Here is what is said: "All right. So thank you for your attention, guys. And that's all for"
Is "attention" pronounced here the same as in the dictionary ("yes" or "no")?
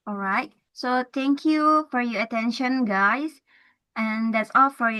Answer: yes